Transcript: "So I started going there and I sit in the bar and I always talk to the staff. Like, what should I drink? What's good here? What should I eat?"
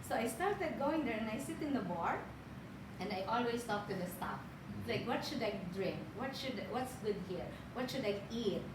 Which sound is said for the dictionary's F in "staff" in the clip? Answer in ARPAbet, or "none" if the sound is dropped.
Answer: P